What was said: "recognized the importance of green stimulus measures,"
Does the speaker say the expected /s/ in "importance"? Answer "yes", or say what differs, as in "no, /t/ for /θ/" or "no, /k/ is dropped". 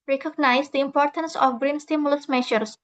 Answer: yes